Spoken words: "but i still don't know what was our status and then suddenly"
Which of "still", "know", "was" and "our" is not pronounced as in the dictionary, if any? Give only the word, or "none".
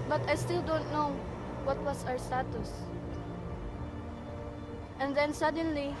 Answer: was